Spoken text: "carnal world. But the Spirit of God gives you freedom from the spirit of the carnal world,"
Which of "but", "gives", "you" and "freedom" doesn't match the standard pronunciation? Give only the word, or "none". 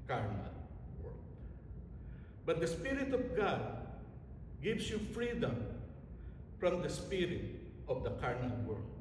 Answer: gives